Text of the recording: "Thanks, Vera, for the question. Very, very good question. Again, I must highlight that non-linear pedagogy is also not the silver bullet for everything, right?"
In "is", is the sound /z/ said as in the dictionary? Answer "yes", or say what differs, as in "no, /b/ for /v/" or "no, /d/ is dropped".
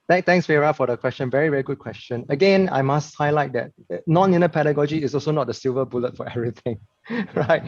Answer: no, /s/ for /z/